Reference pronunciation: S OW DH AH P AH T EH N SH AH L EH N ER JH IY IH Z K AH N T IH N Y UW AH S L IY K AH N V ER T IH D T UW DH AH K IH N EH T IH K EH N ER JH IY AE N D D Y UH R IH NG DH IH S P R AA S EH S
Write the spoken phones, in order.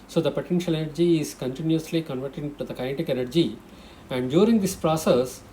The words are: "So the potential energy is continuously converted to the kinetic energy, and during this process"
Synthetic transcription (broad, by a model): S OW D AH P AH T EH N SH AH L EH N ER JH IY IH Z K AH N T IH N Y UW AH S L IY K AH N V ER T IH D T UW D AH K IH IH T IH K EH N ER JH IY AE N D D Y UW R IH NG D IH S P R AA S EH S